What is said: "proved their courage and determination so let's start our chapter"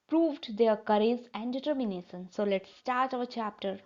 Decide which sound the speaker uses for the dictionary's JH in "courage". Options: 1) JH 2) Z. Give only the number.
2